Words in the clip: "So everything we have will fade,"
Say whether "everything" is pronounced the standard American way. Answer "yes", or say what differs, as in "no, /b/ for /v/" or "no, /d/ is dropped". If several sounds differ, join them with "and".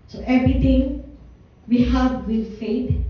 no, /t/ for /θ/